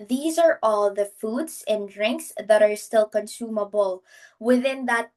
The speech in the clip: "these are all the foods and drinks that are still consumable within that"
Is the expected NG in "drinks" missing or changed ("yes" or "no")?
no